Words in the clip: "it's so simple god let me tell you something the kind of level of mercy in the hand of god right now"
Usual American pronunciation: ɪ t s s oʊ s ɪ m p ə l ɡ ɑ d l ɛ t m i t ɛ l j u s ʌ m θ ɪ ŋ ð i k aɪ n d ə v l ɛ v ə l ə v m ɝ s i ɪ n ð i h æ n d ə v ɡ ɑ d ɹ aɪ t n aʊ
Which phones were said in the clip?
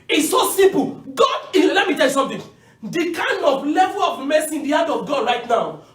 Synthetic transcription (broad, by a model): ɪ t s s oʊ s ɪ m p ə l ɡ ɑ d l ɛ t m i t ɛ l j u s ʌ m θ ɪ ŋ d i k aɪ n d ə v l ɛ v ə l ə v m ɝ s i ɪ n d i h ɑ d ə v ɡ ɑ d ɹ aɪ t n aʊ